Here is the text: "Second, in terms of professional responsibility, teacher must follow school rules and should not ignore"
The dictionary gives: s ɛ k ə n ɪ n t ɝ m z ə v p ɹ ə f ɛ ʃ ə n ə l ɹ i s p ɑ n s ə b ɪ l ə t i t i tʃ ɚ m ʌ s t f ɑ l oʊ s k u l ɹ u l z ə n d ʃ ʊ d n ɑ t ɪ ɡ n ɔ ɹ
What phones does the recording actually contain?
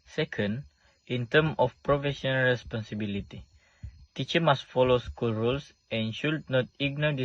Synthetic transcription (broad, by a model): s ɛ k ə n ɪ n t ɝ m ə f p ɹ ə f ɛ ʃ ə n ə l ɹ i s p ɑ n s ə b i l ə t i t i tʃ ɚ m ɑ s t f ɑ l oʊ s k u l ɹ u l s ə n ʃ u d n ɑ t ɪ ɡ n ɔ